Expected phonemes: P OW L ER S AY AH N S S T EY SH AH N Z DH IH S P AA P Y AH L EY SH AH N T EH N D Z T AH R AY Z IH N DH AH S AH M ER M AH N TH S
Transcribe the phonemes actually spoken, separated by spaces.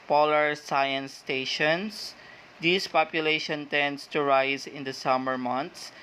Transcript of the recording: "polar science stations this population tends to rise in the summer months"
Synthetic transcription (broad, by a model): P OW L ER S AY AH N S S T EY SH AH N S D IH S P AA P Y AH L EY SH AH N T EH N D S T AH R AY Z IH N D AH S AH M ER M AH N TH S